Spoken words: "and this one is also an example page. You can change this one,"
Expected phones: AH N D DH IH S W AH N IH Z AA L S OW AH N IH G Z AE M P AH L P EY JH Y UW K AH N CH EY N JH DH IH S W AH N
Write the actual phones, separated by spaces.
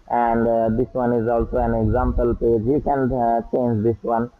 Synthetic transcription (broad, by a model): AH N D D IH S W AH N IH Z AA L S OW AH N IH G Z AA M P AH L P EY JH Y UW K AH N CH EY N JH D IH S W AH N